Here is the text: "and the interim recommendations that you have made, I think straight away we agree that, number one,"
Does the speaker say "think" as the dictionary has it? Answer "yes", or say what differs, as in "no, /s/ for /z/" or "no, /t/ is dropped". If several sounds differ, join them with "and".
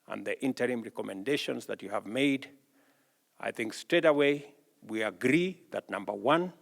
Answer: yes